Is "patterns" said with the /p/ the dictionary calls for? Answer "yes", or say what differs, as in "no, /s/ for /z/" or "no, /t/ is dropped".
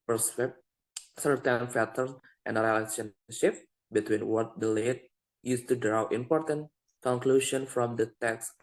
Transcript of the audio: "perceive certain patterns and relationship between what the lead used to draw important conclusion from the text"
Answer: no, /f/ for /p/